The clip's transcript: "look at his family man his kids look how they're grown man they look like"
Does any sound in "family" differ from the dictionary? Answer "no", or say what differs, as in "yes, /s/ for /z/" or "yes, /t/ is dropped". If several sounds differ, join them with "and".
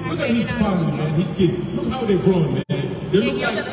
yes, /l/ is dropped